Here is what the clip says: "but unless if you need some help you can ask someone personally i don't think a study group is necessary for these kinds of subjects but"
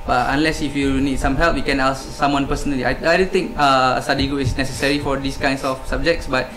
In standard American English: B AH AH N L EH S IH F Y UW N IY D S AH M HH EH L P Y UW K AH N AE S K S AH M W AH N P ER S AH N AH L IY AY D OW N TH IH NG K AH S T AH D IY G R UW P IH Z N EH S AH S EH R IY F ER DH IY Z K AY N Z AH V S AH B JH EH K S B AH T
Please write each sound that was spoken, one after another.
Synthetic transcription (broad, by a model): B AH AH N L EH S IH F Y UW N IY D S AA M HH EH L P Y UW K AH N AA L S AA M W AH N P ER S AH N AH L IY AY D OW N T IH NG K AH S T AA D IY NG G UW IH S N EH S AH S EH R IY F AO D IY S K AY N S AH F S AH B JH EH K S B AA T